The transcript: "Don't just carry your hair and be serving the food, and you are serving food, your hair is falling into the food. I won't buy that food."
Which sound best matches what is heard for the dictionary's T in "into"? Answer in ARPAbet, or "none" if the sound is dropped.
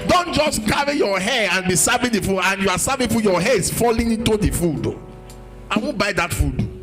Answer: T